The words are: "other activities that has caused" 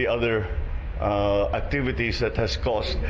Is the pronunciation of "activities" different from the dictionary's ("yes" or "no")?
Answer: yes